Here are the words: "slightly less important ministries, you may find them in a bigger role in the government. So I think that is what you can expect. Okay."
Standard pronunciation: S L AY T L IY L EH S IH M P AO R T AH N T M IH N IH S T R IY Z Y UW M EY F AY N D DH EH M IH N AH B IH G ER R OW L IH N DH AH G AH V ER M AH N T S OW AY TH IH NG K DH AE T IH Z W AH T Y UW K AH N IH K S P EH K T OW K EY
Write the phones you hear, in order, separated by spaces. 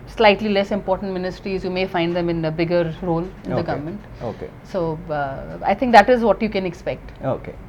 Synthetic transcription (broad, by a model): S L AY T L IY L EH S IH M P AO R T AH N T M IH N IH S T R IY Z Y UW M EY F AY N D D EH M IH N AH B IH G ER R OW L IH N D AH G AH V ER M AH N T S OW AY T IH NG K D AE T IH Z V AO T Y UW K AH N IH K S P EH K T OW K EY